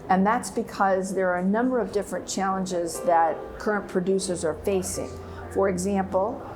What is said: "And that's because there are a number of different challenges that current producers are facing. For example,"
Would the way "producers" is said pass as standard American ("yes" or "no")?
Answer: yes